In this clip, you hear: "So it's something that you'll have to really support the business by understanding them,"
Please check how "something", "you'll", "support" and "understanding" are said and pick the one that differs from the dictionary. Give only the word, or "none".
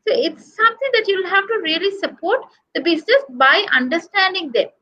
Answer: something